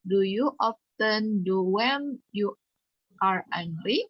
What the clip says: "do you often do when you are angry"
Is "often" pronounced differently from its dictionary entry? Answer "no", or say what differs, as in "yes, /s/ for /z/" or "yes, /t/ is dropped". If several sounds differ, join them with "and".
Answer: no